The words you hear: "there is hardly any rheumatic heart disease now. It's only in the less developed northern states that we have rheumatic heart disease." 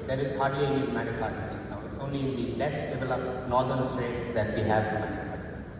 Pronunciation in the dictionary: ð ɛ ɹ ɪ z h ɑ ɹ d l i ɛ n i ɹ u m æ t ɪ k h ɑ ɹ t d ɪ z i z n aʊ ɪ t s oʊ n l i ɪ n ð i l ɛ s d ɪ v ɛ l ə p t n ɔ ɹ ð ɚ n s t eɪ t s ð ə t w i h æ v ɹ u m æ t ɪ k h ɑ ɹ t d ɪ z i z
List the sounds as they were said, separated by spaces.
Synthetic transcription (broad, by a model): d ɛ ɹ ɪ z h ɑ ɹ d i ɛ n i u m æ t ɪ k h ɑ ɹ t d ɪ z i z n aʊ ɪ t s oʊ n l i ɪ n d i l ɛ s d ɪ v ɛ l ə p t n ɔ ɹ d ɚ n s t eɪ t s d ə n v i h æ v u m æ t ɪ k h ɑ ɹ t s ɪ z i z